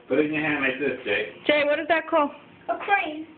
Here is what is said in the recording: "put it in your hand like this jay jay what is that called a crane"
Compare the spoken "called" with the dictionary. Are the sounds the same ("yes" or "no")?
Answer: no